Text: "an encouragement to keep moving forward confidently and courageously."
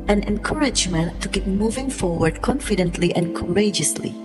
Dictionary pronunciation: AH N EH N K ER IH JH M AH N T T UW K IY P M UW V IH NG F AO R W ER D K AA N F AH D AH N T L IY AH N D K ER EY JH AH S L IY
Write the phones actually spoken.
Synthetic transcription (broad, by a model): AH N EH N K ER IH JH M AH N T T UW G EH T M UW V IH NG F AO R W ER D K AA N F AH D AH N T L IY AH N K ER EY JH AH S L IY